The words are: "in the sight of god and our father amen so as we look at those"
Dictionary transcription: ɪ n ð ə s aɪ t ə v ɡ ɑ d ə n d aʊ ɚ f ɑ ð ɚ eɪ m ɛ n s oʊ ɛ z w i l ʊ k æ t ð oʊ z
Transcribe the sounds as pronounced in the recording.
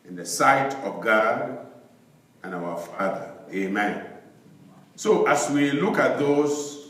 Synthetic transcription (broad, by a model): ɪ n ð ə s aɪ t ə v ɡ ɑ d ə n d aʊ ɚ f ɑ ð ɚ eɪ m ɛ n s oʊ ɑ s w i l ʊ k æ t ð oʊ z